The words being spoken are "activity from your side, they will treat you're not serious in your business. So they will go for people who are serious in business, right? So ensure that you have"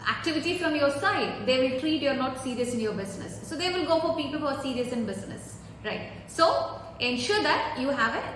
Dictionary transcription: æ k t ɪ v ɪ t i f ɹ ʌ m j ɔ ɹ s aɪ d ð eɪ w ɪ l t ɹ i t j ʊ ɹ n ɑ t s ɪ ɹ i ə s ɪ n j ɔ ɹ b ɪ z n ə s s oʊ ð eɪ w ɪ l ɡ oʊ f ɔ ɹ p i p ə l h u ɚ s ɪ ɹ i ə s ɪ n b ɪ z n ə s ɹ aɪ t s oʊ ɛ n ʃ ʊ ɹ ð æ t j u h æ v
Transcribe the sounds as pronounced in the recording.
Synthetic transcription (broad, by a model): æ k t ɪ v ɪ t i f ɹ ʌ m j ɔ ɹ s aɪ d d eɪ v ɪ l t ɹ i t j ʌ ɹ n ɑ t s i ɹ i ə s ɪ n j ɔ ɹ b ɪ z n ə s s oʊ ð eɪ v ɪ l ɡ oʊ f ɔ ɹ p i p ə l h u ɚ s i ɹ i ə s ɪ n b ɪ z n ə s ɹ aɪ t s oʊ ɛ n ʃ ʊ ɹ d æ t j u h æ v